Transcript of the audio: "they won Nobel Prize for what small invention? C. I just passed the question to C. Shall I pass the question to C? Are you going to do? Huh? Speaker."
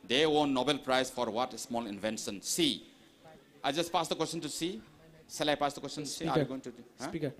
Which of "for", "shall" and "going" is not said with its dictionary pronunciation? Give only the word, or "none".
shall